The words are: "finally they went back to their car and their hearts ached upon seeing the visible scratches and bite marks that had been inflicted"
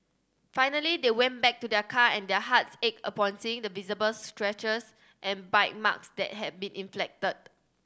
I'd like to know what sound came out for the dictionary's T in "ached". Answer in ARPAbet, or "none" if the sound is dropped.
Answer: none